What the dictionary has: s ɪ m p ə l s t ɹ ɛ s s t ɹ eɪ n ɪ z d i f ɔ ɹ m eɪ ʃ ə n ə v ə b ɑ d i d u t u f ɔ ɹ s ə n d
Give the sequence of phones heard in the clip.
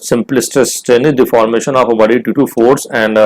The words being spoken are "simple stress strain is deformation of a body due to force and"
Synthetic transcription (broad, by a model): s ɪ m p l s t ɛ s s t eɪ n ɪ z d i f ɔ ɹ m eɪ ʃ ə n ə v ə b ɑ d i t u t u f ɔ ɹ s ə n d